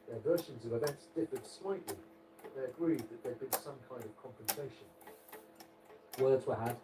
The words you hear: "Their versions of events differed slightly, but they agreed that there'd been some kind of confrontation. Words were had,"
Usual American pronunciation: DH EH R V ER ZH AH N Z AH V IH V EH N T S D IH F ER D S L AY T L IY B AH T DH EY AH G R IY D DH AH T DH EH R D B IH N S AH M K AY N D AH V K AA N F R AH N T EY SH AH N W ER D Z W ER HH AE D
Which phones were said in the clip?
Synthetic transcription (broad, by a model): DH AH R V ER SH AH N Z AH V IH B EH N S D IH P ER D S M AY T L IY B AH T DH EY AH G R IY D DH AH T DH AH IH D B IH N S AH M K AY N D AH V K AA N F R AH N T EY SH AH N W ER D Z W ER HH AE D